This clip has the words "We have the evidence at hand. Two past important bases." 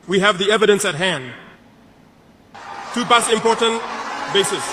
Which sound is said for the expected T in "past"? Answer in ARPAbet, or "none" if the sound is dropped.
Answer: none